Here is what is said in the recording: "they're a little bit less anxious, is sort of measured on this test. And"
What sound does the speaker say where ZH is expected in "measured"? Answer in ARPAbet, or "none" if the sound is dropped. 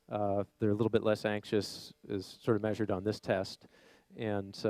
ZH